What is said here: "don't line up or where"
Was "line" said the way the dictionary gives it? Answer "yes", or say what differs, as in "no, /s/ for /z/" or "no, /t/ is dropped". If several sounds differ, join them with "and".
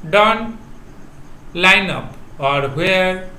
yes